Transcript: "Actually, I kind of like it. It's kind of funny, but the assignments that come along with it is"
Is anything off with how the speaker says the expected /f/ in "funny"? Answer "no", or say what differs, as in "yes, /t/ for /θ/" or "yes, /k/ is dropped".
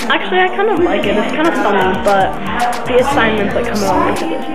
no